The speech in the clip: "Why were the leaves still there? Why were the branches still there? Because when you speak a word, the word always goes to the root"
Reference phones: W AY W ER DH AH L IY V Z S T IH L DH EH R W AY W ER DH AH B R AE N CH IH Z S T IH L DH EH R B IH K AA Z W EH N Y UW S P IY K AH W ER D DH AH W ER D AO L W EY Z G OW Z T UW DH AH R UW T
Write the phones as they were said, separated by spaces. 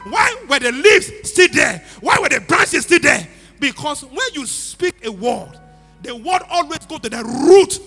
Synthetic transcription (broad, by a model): W AY W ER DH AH L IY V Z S T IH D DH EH W AY W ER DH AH B R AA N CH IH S T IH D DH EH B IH K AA S W EH N Y UW S P IY K AH W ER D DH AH W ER D AO L W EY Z G OW T UW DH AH R UW T